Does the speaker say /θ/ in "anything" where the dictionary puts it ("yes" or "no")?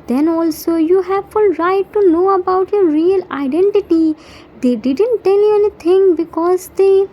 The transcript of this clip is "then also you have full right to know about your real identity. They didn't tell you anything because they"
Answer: no